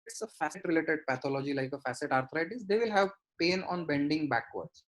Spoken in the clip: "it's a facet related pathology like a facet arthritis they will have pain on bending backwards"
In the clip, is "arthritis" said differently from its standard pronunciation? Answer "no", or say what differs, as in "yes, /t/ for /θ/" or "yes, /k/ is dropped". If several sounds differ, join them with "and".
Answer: yes, /t/ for /θ/